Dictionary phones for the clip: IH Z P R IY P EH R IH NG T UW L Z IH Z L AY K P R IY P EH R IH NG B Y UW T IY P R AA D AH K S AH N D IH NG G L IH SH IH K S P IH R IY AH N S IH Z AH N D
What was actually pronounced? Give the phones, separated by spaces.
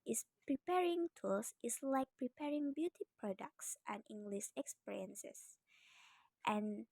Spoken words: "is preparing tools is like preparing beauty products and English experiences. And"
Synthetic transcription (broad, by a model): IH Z P R IY P EH R IH NG T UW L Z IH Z L AY K P R IY P EH R IH NG B Y UW T IY P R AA D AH K S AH N IH NG G L IH SH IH K S P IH R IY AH N S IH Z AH N